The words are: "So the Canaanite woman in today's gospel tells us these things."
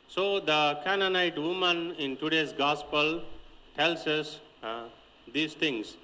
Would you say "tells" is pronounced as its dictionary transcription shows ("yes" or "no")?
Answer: no